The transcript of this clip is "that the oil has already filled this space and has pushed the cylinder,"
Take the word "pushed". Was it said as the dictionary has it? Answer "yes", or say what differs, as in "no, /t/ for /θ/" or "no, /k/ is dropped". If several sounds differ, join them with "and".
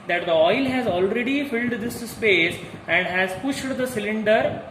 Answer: yes